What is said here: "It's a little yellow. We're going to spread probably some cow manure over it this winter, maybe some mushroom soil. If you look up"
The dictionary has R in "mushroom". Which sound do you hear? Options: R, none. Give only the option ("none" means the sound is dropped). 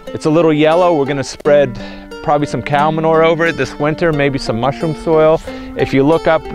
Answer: R